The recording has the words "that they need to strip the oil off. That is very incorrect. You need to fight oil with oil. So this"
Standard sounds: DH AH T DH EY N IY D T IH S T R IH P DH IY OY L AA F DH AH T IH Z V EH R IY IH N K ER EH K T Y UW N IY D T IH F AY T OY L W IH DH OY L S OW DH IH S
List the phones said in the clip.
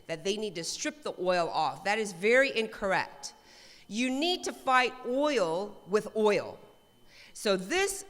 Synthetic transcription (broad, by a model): DH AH T DH EY N IY D T IH S T R IH P DH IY OY L AA F DH AH T IH Z V EH R IY IH N K ER EH K T Y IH N IY D T IH F AY T OY L W IH DH OY L S OW DH IH S